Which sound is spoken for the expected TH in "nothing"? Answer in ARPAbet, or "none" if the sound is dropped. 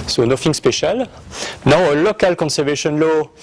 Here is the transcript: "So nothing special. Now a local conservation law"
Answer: F